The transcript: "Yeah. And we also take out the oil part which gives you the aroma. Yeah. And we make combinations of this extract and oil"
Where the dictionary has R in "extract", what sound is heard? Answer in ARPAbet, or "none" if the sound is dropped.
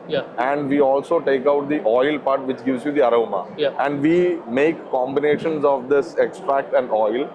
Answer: R